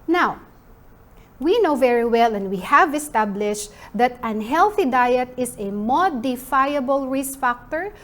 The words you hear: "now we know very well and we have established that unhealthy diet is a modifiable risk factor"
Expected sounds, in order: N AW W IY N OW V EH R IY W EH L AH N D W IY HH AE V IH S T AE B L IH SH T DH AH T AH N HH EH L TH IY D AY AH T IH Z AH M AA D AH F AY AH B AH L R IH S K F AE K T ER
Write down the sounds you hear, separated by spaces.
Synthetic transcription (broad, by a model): N AW W IY N OW V EH R IY W EH L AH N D W IY HH AE V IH S T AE B L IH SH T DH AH T AH N HH EH L TH IY D AY AH T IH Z AH M AA D AH F AY AH B AH L R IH S F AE K T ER